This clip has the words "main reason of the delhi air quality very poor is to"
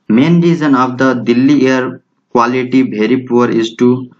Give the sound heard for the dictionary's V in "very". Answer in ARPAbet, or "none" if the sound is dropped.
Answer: B